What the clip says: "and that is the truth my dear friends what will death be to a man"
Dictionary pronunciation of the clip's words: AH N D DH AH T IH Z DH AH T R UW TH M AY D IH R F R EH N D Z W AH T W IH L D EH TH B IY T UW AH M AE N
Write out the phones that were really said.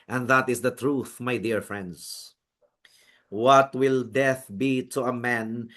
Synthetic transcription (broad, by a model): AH N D DH AH T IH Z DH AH T R UW TH M AY D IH R F R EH N D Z W AH T W IH L D EH TH B IY T UW AH M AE N